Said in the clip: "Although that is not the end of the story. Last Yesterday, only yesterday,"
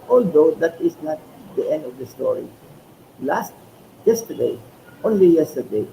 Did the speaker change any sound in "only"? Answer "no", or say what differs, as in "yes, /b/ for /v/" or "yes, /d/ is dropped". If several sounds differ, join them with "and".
no